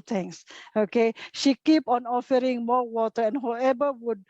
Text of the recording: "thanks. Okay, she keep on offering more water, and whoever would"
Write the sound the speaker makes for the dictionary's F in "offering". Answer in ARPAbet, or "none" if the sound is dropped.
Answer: F